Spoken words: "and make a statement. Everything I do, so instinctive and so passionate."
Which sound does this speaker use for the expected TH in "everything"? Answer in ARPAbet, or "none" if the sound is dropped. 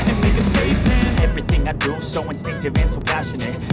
TH